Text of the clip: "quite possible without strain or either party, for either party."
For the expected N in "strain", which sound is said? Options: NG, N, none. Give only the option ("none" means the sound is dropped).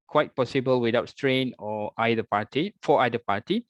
N